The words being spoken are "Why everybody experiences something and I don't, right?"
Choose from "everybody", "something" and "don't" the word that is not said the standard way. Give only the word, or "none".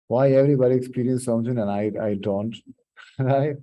something